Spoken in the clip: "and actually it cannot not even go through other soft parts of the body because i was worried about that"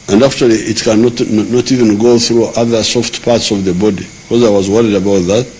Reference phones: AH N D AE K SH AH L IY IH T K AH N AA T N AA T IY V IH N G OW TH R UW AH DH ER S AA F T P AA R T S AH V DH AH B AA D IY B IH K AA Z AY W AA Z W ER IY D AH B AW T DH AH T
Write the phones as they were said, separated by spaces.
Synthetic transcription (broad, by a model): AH N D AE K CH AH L IY IH T K AH N AA T N AA T IY V IH N G OW TH R UW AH DH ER S AA F T P AA R T S AH V DH AH B AA D IY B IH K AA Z AY W AA Z W ER IY D AH B AW T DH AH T